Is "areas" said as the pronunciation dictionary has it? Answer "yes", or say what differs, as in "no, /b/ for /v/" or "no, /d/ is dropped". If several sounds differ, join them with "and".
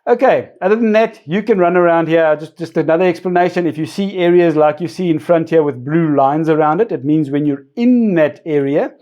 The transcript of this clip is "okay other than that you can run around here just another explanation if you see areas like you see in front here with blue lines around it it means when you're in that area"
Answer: yes